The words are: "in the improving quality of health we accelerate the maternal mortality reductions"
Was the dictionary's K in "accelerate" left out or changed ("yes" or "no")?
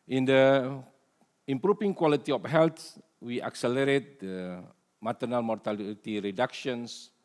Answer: no